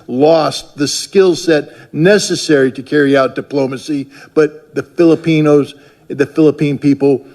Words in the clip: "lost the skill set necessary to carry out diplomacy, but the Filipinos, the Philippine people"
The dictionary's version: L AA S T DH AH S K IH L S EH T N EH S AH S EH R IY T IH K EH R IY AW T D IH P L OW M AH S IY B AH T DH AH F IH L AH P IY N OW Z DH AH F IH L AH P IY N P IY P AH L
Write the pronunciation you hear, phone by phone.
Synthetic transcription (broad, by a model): L AA S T DH AH S K IH L S EH T N EH S AH S EH R IY T IH K EH R IY AW T D IH P L OW M AH S IY B AH T DH AH F IH L AH P IY N OW Z DH AH F IH L AH P IY N P IY P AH L